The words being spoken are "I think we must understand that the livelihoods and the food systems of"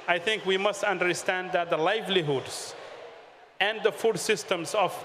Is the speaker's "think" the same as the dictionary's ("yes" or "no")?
no